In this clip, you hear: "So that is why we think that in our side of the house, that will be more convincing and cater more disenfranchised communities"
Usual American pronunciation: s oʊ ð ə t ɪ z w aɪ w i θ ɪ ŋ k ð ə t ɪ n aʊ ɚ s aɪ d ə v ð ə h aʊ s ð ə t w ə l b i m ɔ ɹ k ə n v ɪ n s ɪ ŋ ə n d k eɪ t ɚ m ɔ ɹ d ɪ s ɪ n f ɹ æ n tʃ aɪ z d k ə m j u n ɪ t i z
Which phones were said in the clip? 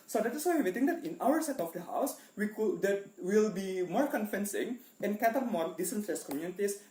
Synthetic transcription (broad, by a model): s oʊ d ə t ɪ s w aɪ w i t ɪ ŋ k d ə t ɪ n aʊ ɚ s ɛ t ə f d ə h aʊ s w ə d w ə l b i m ɔ ɹ k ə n f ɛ n s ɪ ŋ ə n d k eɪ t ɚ m ɔ ɹ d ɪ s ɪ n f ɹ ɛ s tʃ k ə m j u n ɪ t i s